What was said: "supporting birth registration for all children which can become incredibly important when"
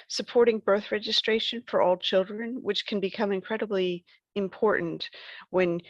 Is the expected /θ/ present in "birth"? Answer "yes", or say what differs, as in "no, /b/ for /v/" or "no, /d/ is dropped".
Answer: yes